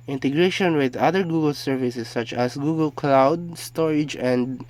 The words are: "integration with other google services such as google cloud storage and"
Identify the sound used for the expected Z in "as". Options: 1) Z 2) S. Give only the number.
2